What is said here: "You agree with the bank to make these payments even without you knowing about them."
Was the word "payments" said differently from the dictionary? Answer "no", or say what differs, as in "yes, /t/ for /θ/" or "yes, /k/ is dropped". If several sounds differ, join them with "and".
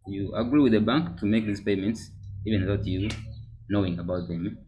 no